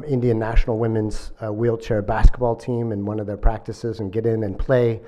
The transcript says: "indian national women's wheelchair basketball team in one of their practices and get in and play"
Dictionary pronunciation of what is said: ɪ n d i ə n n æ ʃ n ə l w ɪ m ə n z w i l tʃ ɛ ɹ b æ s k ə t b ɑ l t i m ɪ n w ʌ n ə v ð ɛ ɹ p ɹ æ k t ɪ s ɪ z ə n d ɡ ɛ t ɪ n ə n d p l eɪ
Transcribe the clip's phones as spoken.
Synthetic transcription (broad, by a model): ɪ n d i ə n n æ ʃ n l w ɪ m ə n z w i l tʃ ɛ ɹ b æ s k ə t b ɑ l t i m ɪ n w ʌ n ə v ð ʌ ɹ p ɹ æ k t ɪ s ɪ z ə n ɡ ɛ t ɪ n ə n p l eɪ